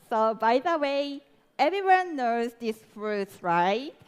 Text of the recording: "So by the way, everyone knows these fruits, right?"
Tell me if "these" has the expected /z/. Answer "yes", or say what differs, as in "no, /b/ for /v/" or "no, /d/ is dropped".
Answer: no, /s/ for /z/